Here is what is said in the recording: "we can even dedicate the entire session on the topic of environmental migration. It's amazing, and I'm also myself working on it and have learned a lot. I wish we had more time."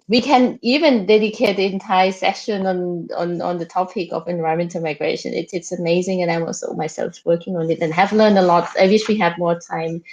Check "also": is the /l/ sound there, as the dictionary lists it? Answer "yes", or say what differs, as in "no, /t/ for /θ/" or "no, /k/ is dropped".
no, /l/ is dropped